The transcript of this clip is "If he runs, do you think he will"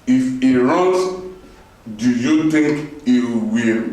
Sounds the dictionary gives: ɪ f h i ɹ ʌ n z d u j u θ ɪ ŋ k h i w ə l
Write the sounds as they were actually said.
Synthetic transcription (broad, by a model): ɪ f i ɹ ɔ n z d u j u t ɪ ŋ k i w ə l